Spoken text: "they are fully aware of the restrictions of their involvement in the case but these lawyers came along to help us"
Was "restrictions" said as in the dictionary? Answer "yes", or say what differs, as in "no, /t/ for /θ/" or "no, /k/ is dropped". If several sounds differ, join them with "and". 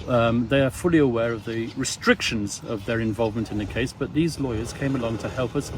yes